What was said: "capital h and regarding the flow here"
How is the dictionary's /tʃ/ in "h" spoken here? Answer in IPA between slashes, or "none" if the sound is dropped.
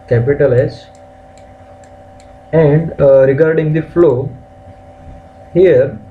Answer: /s/